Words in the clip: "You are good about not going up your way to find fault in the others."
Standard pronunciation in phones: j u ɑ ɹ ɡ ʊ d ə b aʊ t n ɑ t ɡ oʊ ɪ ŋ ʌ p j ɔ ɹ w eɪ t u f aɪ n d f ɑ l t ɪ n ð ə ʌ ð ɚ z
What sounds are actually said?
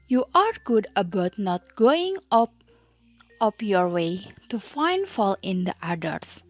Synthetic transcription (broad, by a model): j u ɑ ɹ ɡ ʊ d ə b aʊ t n ɑ t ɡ oʊ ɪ ŋ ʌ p j ɔ ɹ w eɪ t u f aɪ n d f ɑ l ɪ n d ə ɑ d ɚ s